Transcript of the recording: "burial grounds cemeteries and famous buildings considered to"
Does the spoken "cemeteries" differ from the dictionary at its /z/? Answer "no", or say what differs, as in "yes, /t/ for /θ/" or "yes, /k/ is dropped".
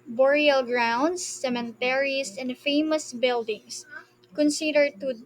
yes, /s/ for /z/